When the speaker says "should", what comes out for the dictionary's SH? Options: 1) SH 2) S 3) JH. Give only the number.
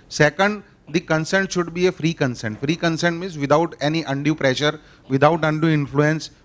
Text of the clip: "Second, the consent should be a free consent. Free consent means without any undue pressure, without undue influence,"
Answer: 1